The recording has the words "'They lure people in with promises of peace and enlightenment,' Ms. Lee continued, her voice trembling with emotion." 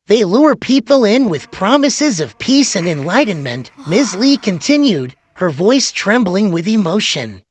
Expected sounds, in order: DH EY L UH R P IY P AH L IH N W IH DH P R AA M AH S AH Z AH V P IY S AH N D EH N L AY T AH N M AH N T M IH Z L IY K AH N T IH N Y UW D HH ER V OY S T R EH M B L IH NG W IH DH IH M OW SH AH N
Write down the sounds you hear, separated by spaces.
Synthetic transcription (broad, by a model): DH EY L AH R P IY P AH L IH N W IH DH P R AA M AH S AH Z AH V P IY S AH N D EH N L AY T N M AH N T M IH Z L IY K AH N T IH N Y UW D HH ER V OY S T R EH M B L IH NG W IH DH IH M OW SH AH N